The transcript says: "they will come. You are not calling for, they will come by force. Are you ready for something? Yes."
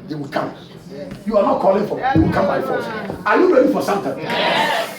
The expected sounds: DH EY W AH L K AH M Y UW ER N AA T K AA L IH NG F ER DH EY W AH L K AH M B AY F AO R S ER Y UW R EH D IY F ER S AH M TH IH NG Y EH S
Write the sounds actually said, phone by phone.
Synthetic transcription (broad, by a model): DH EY W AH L K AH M Y UW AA N AA T K AA L IH NG F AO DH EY W AH L K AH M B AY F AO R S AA Y UW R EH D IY F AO S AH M T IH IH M